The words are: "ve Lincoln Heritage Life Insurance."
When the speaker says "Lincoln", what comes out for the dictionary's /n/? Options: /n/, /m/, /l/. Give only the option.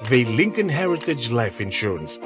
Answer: /n/